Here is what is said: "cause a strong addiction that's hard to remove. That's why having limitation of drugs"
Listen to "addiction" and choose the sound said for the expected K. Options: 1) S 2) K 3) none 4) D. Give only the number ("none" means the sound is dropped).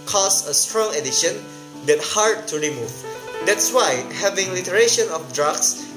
3